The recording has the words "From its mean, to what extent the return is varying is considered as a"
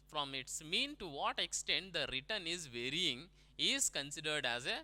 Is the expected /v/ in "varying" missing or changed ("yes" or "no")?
no